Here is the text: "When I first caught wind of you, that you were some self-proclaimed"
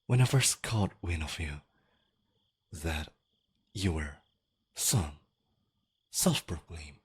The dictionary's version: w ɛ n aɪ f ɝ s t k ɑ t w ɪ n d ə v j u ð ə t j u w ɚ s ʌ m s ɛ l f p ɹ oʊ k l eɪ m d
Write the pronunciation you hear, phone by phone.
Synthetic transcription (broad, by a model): w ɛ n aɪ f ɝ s k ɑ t w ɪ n ə v j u ð ə t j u w ɚ s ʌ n s ɛ l f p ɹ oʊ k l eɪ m